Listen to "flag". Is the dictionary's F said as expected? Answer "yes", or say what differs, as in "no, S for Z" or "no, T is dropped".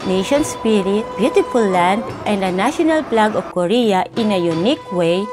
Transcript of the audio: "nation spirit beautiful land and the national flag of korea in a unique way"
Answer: no, P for F